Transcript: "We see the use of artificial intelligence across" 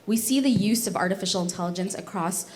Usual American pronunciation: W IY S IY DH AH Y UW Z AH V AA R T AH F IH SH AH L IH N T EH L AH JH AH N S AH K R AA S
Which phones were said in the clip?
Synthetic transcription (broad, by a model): W IY S IY DH AH Y UW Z AH V AA R T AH F IH SH L IH N T EH L AH JH AH N S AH K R AA S